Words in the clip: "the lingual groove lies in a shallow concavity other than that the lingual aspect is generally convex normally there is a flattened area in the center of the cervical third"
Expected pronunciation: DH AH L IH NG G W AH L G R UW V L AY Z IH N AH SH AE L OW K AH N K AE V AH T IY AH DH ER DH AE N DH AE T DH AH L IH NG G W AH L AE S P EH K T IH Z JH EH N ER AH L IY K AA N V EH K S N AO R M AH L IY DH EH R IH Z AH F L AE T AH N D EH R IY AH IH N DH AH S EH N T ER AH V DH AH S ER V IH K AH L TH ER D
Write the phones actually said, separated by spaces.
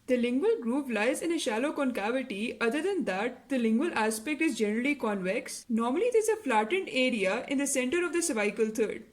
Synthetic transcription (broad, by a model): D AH L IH NG G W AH L G R UW P L AY Z IH N AH SH AE L OW K AH N K AE V AH T IY AH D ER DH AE N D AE T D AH L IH NG G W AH L AE S P EH K T IH Z JH EH N ER AH L IY K AA N V EH K S N AO R M AH L IY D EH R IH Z AH F L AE T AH N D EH R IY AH IH N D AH S EH N T ER AH V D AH S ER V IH K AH L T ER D